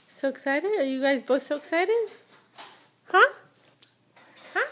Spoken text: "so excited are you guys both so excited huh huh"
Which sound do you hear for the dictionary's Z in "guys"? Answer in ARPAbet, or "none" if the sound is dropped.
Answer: Z